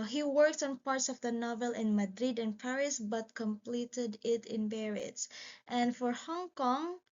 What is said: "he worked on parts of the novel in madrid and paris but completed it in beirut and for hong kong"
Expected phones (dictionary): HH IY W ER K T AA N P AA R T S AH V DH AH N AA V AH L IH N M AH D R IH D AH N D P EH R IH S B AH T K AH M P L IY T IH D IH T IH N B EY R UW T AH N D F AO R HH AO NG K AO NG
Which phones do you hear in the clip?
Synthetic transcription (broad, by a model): HH IY W ER K T AA N P AA R T S AH V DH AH N AA V AH L IH N M AH D R IH D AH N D P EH R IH S B AH T K AH M P L IY T IH D IH T IH N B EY R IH T AH N D F AO R HH AO NG K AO NG